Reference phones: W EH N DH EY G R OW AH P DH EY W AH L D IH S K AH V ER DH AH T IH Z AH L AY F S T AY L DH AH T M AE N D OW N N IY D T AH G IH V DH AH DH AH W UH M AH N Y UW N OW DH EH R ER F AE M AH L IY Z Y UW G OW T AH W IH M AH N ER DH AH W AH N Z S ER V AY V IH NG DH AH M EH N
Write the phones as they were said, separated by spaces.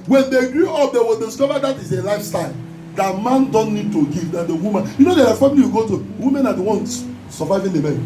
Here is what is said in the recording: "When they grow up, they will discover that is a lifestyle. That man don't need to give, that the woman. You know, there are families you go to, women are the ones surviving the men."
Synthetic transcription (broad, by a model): W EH N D EY G R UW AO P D EY W AH L D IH S K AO V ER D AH T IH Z AH L AY F S T AY L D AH T M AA N D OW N N IY D T AH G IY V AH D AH W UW M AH N Y UW N OW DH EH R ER F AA M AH L IY Y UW G OW T AH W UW M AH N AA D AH W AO N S S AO V AY V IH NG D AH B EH